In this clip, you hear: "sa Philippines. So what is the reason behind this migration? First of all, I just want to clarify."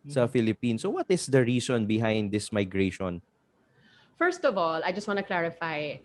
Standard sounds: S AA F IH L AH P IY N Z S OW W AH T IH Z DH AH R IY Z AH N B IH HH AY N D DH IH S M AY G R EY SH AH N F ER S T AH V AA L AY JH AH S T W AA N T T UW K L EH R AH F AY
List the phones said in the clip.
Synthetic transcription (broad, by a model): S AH F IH L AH P IY N S OW W AH T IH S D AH R IY S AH N B IH HH AY N D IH S M AY G R EY SH AH N F ER S T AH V AA L AY JH AH S T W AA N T T UW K L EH R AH F AY